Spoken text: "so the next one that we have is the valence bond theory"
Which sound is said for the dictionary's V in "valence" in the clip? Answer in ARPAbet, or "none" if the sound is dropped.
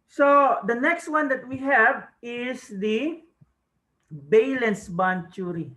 B